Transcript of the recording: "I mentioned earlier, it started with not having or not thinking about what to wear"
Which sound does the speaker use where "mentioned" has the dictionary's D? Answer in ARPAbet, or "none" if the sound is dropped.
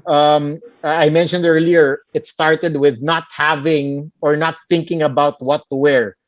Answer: D